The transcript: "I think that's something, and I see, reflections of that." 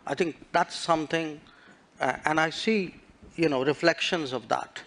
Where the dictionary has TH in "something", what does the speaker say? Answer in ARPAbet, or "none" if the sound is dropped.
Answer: T